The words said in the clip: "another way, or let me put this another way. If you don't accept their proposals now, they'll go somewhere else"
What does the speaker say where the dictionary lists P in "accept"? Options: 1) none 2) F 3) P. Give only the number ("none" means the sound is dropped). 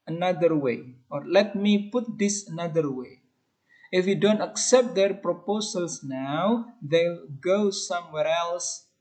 3